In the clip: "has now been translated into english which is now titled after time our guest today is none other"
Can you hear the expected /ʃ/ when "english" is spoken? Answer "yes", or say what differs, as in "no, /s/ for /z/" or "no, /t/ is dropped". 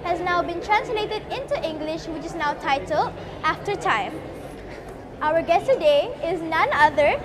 yes